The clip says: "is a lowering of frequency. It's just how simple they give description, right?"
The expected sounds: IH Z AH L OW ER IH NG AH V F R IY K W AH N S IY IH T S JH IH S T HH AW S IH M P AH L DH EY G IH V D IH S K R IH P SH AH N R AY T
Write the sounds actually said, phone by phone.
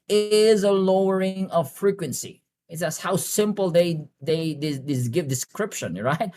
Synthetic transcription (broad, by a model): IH Z AH L OW ER IH NG AH V F R IY K W AH N S IY IH T S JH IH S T HH AW S IH M P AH L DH EY G IH V D IH S K R IH P SH AH N R AY T